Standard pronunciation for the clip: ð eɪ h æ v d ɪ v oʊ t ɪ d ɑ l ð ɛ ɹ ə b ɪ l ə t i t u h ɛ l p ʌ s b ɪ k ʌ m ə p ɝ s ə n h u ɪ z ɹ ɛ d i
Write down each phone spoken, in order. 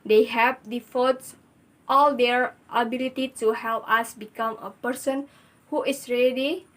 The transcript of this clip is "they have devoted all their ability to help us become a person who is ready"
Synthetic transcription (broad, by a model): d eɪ h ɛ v d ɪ f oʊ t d ɑ l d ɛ ɹ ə b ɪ l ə t i t u h ɛ l p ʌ s b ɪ k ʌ m ə p ɝ s ə n h u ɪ s ɹ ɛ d i